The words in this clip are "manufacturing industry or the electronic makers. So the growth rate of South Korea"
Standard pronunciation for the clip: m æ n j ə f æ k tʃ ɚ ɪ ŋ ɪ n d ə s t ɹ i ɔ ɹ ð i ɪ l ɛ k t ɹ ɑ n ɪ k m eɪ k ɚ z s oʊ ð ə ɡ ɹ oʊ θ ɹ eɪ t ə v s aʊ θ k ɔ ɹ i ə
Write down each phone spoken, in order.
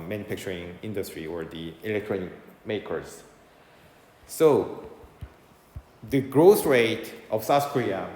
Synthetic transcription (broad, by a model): m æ n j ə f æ k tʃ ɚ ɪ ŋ ɪ n d ə s t ɹ i ɔ ɹ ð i ɪ l ɛ k t ɹ ɑ n ɪ k m eɪ k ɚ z s oʊ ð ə ɡ ɹ oʊ s ɹ eɪ t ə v s aʊ θ k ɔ ɹ i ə